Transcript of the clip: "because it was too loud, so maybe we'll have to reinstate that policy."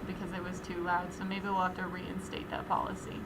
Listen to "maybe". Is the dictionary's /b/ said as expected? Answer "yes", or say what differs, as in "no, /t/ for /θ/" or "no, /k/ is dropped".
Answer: no, /b/ is dropped